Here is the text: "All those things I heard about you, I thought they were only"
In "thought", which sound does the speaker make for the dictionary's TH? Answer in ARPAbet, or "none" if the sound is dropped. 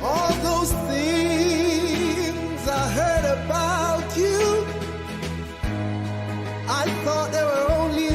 TH